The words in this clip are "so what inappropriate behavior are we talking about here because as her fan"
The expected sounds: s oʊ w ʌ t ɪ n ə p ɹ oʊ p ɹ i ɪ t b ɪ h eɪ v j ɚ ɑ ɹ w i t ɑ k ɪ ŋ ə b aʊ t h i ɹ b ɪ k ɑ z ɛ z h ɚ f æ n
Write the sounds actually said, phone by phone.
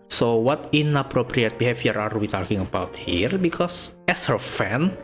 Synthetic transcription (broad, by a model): s oʊ w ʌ t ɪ n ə p ɹ oʊ p ɹ i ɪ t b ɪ h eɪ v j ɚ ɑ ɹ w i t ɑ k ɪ ŋ ə b aʊ t h i ɹ b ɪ k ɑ s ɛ s h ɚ f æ n